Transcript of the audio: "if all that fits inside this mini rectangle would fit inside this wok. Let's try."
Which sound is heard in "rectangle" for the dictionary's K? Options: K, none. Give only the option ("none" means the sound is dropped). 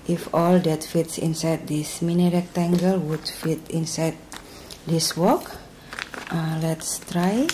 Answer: K